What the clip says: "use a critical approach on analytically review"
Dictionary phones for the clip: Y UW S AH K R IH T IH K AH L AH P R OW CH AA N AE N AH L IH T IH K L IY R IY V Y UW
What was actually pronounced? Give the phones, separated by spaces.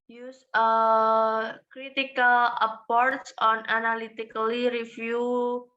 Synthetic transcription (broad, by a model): Y UW S AH K R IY T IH K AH L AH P R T S AA N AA N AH L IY T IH K L IY R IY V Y UW